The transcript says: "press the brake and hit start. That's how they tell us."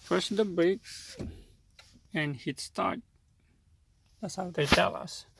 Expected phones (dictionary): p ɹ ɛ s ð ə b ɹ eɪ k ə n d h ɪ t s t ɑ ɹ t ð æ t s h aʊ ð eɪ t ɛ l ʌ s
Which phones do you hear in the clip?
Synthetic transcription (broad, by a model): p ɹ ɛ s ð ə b eɪ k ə n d h ɪ t s t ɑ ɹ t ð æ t s h aʊ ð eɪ t ɛ l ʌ s